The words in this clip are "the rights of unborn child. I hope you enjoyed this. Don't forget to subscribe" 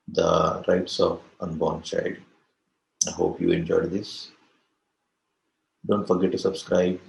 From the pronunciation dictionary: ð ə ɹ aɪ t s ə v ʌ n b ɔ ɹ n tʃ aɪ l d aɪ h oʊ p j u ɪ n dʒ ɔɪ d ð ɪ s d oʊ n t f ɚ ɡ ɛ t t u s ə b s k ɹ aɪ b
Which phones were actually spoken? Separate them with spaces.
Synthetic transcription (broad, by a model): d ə ɹ aɪ t s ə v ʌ n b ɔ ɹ n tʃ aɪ d aɪ h oʊ p j u ɪ n dʒ ɔɪ d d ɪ s d oʊ n t f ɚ ɡ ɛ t t u s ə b s k ɹ aɪ b